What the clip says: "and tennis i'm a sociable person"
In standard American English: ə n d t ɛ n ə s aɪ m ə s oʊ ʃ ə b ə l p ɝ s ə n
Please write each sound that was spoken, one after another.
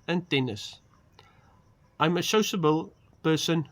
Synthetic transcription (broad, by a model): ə n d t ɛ n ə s aɪ m ə ʃ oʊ s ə b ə l p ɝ s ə n